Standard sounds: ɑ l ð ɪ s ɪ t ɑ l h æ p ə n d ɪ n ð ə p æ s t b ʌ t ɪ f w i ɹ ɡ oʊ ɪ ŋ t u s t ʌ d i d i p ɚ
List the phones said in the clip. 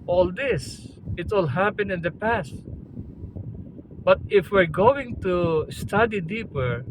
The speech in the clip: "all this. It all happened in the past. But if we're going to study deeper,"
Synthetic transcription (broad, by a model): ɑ l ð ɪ s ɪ t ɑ l h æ p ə n ɪ n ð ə p æ s t b ʌ t ɪ f w i ɹ ɡ oʊ ɪ ŋ t u s t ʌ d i d i p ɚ